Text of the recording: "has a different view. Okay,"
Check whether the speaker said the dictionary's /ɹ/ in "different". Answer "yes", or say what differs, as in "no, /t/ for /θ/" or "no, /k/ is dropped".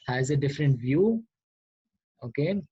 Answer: yes